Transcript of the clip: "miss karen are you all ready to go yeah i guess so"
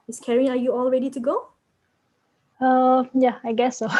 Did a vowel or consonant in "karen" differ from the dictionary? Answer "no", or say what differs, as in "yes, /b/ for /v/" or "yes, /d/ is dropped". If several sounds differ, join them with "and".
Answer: yes, /n/ is dropped